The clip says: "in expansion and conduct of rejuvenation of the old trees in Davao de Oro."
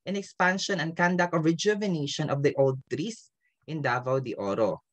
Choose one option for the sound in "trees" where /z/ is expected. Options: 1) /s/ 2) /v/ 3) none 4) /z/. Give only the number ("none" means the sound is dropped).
1